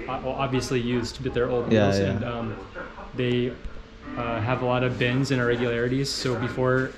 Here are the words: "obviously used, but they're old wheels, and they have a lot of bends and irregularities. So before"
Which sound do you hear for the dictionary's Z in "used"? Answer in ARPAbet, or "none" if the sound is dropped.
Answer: Z